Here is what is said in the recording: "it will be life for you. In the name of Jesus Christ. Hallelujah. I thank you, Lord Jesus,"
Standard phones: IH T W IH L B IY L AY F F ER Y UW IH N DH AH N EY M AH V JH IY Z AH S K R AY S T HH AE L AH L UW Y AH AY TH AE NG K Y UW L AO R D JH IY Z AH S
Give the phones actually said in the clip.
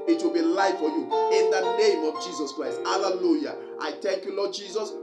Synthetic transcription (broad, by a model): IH T W IH L B IY L AY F F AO Y UW IH N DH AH N EY M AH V JH IY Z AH S K R AY S T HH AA L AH L UW Y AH AY T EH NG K Y UW L AO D JH IY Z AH S